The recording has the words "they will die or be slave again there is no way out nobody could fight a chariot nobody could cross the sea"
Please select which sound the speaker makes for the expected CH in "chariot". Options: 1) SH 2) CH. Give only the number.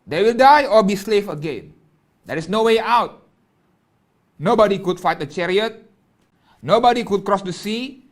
2